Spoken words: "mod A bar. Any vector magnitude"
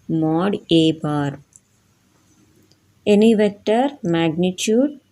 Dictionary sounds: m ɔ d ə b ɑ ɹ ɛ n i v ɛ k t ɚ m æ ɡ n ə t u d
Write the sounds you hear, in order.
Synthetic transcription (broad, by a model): m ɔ d ə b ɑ ɹ ɛ n i v ɛ k t ɚ m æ ɡ n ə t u d